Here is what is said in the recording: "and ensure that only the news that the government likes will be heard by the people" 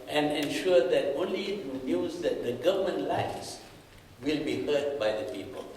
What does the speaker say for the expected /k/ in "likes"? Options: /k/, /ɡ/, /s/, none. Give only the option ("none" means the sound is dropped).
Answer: none